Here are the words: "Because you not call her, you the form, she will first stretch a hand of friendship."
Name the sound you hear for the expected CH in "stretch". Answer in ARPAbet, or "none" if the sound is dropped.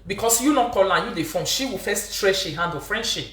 SH